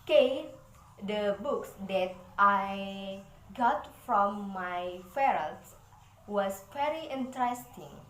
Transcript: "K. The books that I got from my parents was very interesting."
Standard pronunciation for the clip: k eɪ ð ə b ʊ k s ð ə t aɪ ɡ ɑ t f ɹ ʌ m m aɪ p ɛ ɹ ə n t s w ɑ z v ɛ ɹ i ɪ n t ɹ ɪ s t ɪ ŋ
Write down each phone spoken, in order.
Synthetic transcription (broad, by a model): k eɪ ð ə b ʊ k s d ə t aɪ ɡ ɑ t f ɹ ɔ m m aɪ f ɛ ɹ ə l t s w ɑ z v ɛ ɹ i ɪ n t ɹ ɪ s t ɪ ŋ